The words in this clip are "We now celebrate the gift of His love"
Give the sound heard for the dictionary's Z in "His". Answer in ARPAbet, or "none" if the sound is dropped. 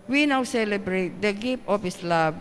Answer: S